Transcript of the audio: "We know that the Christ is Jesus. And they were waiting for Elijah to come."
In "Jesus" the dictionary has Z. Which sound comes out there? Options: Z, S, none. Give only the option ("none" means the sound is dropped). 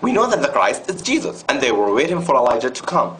Z